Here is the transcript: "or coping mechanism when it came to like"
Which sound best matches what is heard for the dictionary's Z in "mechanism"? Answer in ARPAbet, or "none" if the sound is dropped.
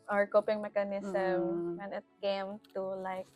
S